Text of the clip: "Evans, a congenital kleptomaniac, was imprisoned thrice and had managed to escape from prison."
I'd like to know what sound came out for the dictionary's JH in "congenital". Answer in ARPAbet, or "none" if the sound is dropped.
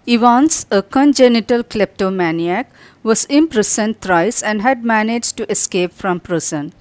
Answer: JH